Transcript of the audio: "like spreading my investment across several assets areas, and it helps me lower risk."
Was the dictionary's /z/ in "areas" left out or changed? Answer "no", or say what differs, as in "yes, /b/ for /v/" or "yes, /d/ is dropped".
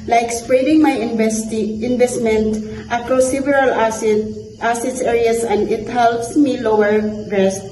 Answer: yes, /s/ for /z/